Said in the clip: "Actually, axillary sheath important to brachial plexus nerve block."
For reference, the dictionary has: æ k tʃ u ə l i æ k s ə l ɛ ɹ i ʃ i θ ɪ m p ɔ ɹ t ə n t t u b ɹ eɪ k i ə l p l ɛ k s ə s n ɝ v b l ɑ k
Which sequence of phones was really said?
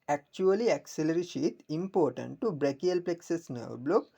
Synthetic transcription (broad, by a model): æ k tʃ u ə l i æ k s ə l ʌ ɹ i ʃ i t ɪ m p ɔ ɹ t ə n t t u b ɹ eɪ k i ə l p l ɛ k s ə s n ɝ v b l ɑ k